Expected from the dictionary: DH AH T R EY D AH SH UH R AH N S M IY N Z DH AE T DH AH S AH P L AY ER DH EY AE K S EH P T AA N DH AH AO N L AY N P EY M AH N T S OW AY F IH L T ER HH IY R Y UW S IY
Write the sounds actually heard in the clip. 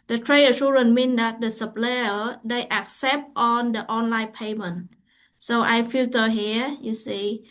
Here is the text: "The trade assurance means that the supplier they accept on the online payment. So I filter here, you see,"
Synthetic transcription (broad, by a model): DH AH T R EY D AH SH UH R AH N M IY N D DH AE T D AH S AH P L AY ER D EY AE K S EH P T AA N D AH AO N L AY N P EY M AH N T S OW AY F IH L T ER HH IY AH Y UW S IY